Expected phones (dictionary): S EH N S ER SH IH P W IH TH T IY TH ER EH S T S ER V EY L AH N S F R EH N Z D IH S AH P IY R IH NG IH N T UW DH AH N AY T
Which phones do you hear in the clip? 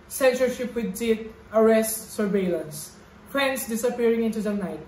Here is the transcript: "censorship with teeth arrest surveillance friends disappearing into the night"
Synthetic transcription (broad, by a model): S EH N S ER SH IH P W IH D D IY T ER EH S T S ER V EY L AH N S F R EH N S D IH S AH P IY R IH NG IH N T UW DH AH N AY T